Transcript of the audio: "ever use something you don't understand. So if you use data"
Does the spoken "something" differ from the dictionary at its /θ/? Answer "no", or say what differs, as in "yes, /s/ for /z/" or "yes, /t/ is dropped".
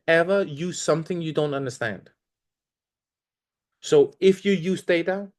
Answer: no